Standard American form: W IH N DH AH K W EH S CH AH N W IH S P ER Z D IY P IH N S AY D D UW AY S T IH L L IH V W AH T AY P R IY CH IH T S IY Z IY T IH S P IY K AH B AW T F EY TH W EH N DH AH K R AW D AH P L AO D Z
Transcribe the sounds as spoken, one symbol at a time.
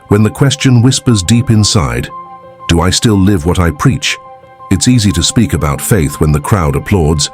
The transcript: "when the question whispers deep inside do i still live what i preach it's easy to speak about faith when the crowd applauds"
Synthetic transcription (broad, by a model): W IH N DH AH K W EH S CH AH N W IH S P ER Z D IY P IH N S AY D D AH AY S T IH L L IH V W AH T AY P R IY CH IH T S IY Z IY T IH S P IY K AH B AW T F EY TH W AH N DH AH K R AW D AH P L AO D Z